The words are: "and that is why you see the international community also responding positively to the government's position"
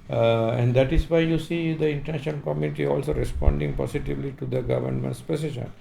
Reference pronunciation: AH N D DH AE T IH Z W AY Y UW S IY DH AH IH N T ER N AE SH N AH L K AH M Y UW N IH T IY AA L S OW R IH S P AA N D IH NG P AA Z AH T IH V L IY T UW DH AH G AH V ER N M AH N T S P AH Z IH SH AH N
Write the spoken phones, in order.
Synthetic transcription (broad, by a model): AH N D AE T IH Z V AY Y UW S IY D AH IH N T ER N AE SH AH N K AH M Y UW N IH T IY AA L S OW R IH S P AA N D IH NG P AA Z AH T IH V L IY T UW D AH G AH V ER N M AH N T S P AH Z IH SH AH N